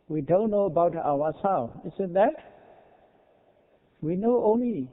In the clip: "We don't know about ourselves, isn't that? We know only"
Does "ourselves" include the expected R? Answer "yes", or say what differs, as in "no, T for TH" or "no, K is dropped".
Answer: no, W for R